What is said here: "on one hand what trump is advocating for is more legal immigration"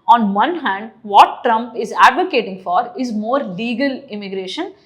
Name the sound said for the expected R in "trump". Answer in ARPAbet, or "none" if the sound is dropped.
R